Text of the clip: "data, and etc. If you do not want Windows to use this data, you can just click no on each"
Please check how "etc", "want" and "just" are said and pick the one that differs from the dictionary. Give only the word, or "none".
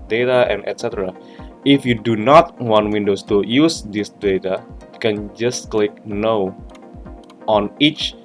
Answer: none